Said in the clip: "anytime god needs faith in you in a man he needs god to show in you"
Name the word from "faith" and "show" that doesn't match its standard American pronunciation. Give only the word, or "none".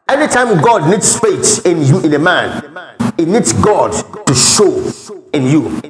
faith